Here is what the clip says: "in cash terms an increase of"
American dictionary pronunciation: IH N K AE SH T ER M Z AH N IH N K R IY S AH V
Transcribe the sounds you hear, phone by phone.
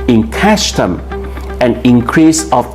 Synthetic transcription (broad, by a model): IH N K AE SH T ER M AH N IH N K R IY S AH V